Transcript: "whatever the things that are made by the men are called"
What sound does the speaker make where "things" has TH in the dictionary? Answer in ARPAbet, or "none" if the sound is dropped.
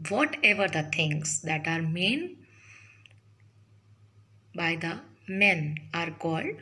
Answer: T